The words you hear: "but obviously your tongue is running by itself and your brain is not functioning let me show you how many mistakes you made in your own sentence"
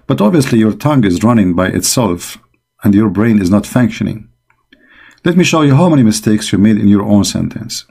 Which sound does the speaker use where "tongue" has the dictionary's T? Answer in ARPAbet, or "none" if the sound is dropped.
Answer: T